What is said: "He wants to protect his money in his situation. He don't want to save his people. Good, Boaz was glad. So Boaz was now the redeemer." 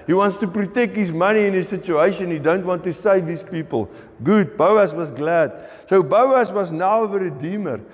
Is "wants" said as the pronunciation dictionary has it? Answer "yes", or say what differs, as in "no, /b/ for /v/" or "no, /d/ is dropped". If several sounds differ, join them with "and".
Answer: yes